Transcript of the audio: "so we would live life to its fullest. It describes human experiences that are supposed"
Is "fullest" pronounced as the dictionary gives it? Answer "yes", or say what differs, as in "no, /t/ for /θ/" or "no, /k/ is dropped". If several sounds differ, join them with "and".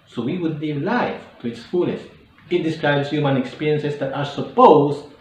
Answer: no, /t/ is dropped